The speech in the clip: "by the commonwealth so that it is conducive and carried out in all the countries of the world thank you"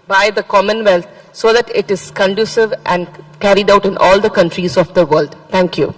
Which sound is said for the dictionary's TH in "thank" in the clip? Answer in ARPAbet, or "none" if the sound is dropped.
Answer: T